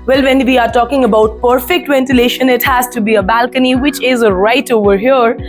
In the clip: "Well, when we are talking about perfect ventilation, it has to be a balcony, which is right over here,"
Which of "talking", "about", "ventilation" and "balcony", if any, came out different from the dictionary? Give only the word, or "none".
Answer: none